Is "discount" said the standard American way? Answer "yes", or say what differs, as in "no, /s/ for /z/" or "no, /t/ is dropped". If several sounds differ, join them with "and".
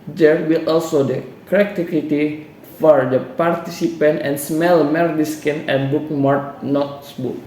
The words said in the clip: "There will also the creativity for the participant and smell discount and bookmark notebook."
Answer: no, /t/ is dropped